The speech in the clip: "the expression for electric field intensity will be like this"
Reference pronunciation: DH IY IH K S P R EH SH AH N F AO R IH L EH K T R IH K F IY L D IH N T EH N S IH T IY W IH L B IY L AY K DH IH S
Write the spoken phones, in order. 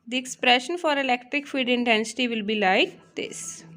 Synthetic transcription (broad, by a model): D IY IH K S P R EH SH AH N F AO R IH L EH K T R IH K F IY D IH N T EH N S IH T IY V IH L B IY L AY K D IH S